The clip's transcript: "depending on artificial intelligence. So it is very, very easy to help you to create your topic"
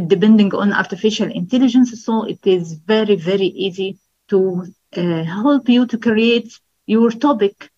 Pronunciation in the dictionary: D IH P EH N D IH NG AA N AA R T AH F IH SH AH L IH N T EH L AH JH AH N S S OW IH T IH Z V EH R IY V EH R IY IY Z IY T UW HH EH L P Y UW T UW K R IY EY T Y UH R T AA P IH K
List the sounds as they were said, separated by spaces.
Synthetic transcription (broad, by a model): D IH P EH N D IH NG AA N AA R T AH F IH SH AH L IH N T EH L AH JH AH N S S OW IH T IH Z V EH R IY V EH R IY IY Z IY T UW HH EH L P Y UW T UW K R IY EY T Y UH R T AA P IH K